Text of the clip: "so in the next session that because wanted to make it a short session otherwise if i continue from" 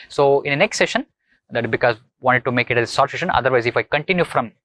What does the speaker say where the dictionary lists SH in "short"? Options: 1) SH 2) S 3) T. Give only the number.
2